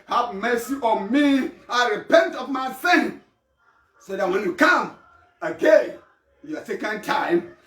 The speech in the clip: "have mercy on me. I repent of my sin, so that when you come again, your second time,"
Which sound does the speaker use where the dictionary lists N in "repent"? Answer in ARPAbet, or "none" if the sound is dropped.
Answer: N